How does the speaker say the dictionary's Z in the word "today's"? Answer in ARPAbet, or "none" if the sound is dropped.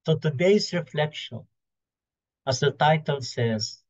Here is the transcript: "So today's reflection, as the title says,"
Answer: S